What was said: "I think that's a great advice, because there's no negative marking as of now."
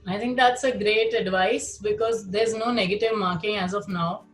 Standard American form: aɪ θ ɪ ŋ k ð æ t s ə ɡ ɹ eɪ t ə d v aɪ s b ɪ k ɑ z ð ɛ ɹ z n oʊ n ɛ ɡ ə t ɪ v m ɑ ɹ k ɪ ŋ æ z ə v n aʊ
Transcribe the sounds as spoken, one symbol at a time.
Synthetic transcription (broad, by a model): aɪ t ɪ ŋ k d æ t s ə ɡ ɹ eɪ t ə d v aɪ s b ɪ k ɑ z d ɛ ɹ z n oʊ n ɛ ɡ ə t ɪ v m ɑ ɹ k ɪ ŋ æ z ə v n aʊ